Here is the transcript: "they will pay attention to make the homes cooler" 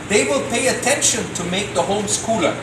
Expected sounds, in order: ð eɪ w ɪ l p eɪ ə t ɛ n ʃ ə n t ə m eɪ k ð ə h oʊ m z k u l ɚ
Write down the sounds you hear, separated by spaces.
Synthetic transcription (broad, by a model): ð eɪ w ɪ l p eɪ ə t ɛ n ʃ ə n t ə m eɪ k ð ə h oʊ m s k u l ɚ